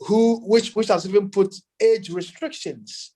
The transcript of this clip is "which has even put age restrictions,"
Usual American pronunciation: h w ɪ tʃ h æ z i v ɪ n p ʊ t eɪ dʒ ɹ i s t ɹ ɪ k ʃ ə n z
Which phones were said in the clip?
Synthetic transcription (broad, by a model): h w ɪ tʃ h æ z i v ɪ n p ʊ t eɪ dʒ ɹ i s t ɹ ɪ k ʃ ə n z